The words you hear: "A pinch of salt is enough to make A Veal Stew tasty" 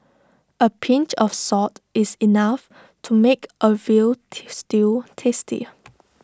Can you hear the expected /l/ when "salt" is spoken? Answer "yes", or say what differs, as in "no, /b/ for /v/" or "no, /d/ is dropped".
no, /l/ is dropped